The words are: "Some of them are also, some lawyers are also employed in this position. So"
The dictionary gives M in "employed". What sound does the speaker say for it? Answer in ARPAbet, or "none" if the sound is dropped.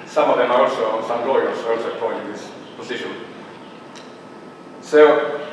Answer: none